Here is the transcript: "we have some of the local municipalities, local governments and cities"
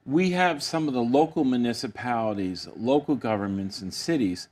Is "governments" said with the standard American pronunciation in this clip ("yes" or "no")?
yes